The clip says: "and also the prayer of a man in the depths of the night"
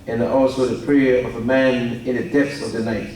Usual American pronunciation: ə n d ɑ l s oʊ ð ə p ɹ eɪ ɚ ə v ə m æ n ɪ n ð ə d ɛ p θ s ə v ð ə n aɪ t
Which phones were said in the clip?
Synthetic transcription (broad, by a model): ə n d ɑ l s oʊ ð ə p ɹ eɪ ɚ ə v ə m æ n ɪ n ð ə d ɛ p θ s ə v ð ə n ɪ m